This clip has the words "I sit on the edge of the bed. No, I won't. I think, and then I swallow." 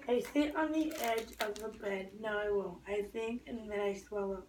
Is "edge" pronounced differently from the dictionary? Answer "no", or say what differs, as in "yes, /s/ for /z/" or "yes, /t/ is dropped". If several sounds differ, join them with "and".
no